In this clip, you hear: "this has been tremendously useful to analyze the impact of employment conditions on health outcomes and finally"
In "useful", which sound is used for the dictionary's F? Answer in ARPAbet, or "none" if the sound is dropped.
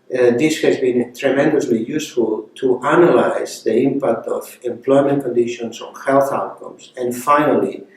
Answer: F